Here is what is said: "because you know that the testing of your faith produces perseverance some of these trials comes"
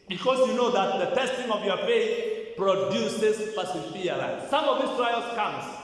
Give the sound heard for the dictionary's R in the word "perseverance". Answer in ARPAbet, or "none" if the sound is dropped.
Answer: none